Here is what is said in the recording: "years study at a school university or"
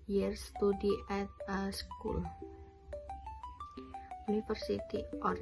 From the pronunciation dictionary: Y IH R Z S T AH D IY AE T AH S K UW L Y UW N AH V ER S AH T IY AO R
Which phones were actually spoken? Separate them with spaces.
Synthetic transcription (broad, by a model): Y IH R S T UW D IY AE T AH S K UW L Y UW N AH F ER S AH T IY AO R